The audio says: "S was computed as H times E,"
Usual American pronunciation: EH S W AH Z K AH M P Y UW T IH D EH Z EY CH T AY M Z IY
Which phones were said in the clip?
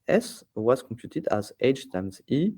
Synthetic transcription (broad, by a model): EH S W AH Z K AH P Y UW T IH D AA Z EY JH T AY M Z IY